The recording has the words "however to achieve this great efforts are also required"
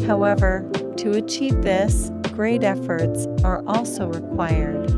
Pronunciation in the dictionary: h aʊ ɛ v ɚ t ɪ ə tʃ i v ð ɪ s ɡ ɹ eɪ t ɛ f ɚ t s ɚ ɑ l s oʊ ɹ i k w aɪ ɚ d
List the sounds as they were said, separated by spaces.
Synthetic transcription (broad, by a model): h aʊ ɛ v ɚ t ɪ ə tʃ i v ð ɪ s ɡ ɹ eɪ t ɛ f ɚ t s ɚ ɑ l s oʊ ɹ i k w aɪ ɚ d